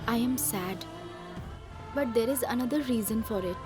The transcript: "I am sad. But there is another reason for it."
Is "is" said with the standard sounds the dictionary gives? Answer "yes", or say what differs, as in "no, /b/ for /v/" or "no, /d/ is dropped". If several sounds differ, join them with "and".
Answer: yes